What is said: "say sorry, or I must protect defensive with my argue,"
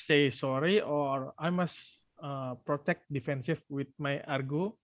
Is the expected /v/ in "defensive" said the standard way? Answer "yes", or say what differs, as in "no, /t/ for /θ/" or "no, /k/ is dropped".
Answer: no, /f/ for /v/